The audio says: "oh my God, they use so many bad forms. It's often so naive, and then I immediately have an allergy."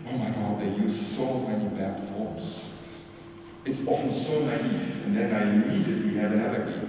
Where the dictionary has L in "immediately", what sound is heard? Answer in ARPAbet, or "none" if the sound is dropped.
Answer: W